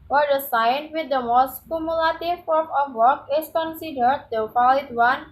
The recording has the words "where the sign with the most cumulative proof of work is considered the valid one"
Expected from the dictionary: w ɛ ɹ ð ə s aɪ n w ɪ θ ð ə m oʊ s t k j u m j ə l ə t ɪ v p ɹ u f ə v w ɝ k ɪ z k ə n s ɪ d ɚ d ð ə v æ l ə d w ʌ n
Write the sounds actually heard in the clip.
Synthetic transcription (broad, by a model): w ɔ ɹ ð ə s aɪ n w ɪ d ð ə m oʊ s t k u m j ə l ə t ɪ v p ɔ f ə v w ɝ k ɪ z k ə n s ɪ d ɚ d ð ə p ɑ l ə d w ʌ n